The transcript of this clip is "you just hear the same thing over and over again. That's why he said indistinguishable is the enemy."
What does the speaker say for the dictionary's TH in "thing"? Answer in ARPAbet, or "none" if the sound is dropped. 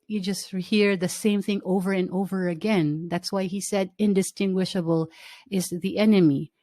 TH